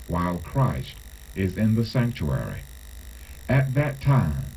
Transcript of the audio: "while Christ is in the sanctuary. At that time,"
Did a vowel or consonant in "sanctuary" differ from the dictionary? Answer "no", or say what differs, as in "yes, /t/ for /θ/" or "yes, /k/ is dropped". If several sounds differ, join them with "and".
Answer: no